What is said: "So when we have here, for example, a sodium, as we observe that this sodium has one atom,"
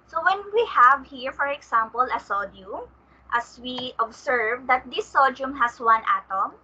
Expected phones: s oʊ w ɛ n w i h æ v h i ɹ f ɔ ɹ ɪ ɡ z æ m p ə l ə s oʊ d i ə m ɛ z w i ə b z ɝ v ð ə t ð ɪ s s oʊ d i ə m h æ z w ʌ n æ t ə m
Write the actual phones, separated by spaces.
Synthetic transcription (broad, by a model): s oʊ w ɛ n w i h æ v h i ɹ f ɔ ɹ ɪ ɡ s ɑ m p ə l ə s oʊ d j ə m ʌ s w i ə b s ɝ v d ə t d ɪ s s oʊ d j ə m h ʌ s w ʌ n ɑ t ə m